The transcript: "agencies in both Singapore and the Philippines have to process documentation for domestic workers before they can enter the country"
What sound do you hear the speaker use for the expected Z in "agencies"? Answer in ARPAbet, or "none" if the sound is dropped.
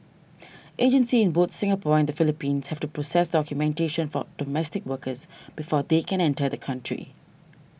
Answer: none